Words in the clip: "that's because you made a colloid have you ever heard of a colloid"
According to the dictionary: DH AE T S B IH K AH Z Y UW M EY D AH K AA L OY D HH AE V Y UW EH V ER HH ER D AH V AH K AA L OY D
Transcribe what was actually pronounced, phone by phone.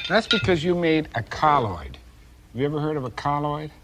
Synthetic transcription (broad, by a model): DH AE T S B IH K AH Z Y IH M EY D AH K AA L OY D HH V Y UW EH V ER HH ER D AH V AH K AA L OY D